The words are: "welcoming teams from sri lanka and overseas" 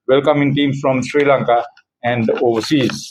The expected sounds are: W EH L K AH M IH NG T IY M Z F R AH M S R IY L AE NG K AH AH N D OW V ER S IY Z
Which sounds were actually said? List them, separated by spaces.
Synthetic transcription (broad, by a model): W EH L K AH M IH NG T IY M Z F R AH M S R IY L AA NG K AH AH N D OW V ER S IY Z